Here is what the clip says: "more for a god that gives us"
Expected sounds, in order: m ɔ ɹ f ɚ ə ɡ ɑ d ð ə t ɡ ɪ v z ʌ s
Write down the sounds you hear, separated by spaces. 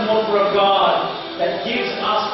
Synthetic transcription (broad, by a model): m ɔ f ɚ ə ɡ ɑ d ð ə t ɡ ɪ v z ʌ s